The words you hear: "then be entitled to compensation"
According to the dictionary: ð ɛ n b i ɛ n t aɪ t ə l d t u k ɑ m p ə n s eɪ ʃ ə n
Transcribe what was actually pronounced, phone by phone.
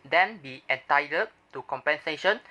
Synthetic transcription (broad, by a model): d ɛ n b i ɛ n t aɪ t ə d t u k ɑ m p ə n s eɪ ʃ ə n